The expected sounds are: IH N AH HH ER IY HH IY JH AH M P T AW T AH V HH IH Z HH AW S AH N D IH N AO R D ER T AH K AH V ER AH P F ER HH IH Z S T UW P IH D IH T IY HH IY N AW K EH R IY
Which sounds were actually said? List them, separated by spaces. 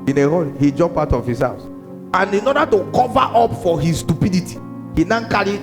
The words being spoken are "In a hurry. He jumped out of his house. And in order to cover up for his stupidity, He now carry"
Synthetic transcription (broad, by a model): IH N AH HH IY HH IY JH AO M P AW T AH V HH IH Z HH AW S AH N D IH N AO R D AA T AH K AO V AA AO P F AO HH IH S T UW P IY D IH T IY HH IY N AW K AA R IY